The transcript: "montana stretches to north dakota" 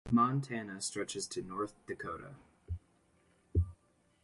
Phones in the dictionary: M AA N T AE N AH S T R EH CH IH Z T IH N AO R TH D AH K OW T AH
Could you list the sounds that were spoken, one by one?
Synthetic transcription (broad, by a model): M AA N T AE N AH S T R EH CH IH Z T IH N AO R TH D AH K OW T AH